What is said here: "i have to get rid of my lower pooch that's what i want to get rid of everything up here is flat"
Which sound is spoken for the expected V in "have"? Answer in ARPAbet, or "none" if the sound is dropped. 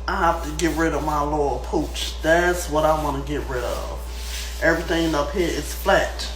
F